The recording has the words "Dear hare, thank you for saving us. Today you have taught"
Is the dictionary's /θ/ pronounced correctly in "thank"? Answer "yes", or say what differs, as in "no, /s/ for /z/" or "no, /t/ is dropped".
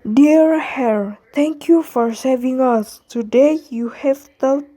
no, /t/ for /θ/